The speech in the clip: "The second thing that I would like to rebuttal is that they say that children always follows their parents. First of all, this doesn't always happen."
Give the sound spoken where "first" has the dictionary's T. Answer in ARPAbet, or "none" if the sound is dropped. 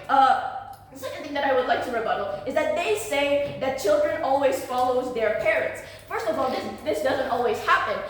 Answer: T